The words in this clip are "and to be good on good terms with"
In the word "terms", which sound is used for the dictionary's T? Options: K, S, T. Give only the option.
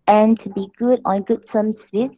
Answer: S